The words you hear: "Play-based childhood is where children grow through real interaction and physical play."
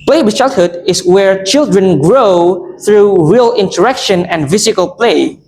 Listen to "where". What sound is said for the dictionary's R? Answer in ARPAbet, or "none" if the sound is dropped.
R